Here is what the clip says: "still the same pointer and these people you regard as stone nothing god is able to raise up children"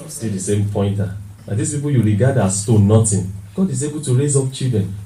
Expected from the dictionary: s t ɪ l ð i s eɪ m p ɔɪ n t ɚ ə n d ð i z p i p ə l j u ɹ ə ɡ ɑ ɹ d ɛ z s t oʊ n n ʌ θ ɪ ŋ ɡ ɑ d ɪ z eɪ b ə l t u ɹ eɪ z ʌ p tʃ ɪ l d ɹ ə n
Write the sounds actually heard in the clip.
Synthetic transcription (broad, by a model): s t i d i s eɪ m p ɔɪ n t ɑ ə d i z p i p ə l j u ɹ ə ɡ ɑ d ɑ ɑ s t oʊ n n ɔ t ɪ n ɡ ɑ d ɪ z eɪ b ə l t u ɹ eɪ z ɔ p tʃ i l d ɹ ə n